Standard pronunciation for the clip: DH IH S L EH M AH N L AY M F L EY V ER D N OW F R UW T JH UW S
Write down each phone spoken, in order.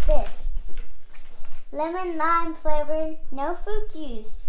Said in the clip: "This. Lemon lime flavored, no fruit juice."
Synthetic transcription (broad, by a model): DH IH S L EH M AH N L AY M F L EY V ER N OW F UW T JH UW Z